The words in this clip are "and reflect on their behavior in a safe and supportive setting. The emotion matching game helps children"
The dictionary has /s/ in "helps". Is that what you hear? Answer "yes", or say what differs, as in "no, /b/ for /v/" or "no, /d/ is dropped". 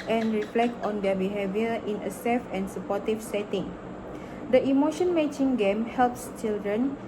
yes